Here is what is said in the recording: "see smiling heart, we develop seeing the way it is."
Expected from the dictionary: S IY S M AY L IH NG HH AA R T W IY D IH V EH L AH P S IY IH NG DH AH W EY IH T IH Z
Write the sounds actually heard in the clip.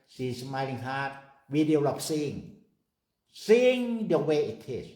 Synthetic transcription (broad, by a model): S IY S M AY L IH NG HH AA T W IY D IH AO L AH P S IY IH NG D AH W EY IH T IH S